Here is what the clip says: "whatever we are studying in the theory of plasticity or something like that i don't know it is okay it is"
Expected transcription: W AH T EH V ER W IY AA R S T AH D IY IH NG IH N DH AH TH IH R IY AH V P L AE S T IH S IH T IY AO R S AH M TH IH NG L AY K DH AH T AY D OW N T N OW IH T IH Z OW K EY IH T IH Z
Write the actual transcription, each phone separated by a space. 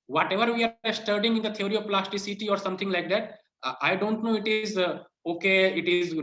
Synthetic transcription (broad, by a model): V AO T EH V ER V IY AA R S T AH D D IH NG IH N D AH T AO R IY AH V P L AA S T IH S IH T IY AO R S AH M T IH NG L AY K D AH T AY D OW N T N OW IH T IH Z OW K EY IH T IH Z